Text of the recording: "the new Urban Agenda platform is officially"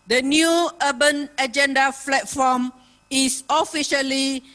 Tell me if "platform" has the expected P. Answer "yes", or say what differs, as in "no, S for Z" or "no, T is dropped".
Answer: no, F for P